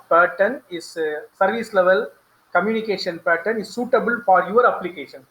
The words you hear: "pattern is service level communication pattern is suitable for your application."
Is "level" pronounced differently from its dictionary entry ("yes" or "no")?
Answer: no